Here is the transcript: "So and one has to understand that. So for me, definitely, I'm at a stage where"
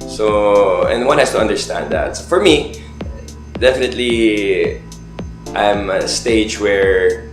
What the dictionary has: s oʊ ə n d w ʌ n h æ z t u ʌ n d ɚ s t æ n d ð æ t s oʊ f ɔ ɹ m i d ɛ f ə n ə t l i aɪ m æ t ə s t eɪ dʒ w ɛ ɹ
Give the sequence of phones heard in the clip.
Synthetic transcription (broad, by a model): s oʊ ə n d w ʌ n h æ s t u ʌ n d ɚ s t æ n d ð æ t s oʊ f ɔ ɹ m i d ɛ f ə n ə t l i aɪ m ə s t eɪ dʒ w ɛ ɹ